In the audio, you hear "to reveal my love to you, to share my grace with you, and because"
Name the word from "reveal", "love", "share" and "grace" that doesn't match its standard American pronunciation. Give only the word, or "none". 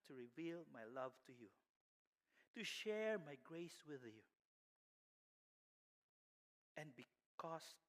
none